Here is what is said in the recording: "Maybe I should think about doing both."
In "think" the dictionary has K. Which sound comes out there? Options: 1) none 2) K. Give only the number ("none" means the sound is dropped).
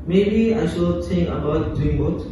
1